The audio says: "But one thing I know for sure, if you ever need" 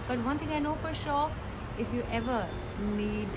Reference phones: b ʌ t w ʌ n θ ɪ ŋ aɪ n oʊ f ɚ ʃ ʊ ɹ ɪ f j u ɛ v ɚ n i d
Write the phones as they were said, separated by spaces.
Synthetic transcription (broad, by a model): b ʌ t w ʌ n t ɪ ŋ aɪ n oʊ f ɚ ʃ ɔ ɪ f j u ɛ v ɚ n i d